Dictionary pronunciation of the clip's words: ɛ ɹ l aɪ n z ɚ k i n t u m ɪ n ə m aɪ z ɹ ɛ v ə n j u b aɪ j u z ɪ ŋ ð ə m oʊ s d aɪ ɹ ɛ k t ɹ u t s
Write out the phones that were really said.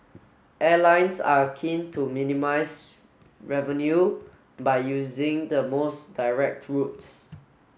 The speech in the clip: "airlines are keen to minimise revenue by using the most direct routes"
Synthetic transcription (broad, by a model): ɛ l aɪ n s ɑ k i n t u m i n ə m aɪ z ɹ ɛ v ə n j u b aɪ j u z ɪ ŋ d ə m oʊ s d aɪ ɹ ɛ k t ɹ u t s